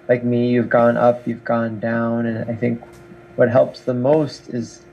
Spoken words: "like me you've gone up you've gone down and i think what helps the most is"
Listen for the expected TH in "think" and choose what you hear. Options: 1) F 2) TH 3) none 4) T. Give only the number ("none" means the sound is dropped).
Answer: 2